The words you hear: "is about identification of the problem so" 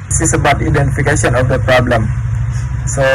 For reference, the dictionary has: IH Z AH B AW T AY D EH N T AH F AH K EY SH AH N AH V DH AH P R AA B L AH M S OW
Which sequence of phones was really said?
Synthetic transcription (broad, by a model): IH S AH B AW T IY D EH N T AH F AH K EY S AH N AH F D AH P R AA B L AH M S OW